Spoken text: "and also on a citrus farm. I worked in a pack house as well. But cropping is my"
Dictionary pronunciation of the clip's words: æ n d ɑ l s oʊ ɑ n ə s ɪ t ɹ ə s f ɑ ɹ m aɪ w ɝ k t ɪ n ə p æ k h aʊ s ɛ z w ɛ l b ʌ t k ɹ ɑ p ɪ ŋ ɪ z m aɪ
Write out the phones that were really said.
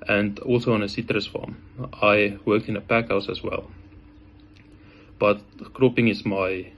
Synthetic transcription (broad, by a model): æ n d ɑ l s oʊ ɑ n ə s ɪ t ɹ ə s f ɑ m aɪ w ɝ k t ɪ n ə p æ k h aʊ s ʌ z w ɛ l b ʌ t k ɹ ɑ p ɪ ŋ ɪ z m aɪ